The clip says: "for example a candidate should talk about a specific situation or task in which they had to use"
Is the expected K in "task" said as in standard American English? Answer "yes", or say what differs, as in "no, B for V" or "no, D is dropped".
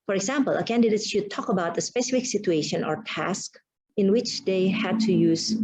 yes